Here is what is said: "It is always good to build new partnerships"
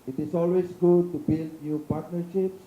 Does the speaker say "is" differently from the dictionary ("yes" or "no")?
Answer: yes